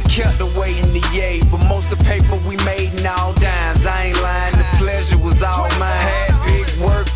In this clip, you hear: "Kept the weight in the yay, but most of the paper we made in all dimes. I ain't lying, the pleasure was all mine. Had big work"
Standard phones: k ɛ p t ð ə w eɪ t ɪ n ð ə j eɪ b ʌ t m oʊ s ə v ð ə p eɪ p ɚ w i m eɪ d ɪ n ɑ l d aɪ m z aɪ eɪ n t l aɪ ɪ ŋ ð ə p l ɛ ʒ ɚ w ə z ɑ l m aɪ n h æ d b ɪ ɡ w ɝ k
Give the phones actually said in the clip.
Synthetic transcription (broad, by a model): k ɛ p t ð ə w eɪ ɪ n ð ə j eɪ b ʌ t m oʊ ə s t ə p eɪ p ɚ w i m eɪ d n ɑ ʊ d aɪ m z aɪ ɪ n l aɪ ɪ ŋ ð ə p l ɛ ʒ ɚ w ə z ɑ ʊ m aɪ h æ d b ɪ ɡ w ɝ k